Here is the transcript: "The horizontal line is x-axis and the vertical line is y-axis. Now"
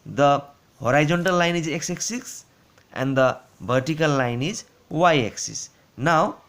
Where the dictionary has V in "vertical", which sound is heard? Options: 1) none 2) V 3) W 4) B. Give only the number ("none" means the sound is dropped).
4